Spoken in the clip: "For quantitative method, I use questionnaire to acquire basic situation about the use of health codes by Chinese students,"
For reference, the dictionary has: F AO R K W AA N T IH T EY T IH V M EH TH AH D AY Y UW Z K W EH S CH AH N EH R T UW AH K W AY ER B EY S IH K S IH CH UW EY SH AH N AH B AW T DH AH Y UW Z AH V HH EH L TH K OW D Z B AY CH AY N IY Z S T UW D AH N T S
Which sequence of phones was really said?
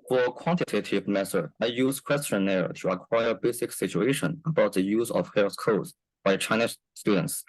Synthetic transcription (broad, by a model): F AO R K W AA N T IH T EY T IH V M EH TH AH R AY Y UW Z K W EH S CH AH N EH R T UW AH K W AY ER B EY S IH K S IH CH UW EY SH AH N AH B AW T DH AH Y UW Z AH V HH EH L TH K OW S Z B AY CH AY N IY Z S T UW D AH N T S